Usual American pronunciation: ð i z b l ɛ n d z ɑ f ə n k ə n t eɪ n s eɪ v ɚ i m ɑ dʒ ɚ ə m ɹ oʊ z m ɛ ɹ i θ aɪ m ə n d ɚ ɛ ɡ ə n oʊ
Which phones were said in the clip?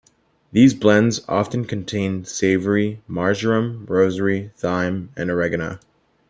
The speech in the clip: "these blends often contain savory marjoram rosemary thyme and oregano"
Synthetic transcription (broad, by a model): ð i z b l ɛ n d z ɑ f ə n k ə n t eɪ n s eɪ v ɚ i m ɑ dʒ ɚ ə m ɹ oʊ z ʌ ɹ i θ aɪ m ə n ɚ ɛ ɡ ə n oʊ